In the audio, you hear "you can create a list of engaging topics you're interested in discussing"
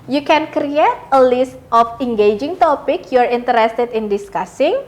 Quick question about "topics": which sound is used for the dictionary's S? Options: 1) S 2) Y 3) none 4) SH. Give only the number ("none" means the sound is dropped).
3